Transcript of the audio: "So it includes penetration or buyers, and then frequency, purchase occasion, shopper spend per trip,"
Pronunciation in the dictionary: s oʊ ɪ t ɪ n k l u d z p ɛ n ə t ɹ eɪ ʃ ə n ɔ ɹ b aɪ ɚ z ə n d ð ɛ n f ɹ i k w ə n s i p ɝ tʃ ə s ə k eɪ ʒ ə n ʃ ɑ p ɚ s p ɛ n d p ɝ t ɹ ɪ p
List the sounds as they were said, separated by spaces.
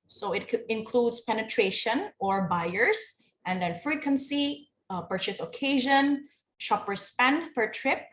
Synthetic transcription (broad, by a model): s oʊ ɪ t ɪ n k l u d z p ɛ n ə t ɹ eɪ ʃ ə n ɔ ɹ b aɪ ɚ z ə n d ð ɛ n f ɹ i k w ə n s i p ɝ tʃ ə s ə k eɪ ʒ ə n ʃ ɑ p ɚ s p ɛ n d p ɝ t ɹ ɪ p